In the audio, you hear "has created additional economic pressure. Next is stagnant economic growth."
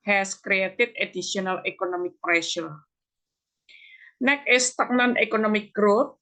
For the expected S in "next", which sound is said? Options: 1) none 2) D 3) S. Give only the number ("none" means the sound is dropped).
1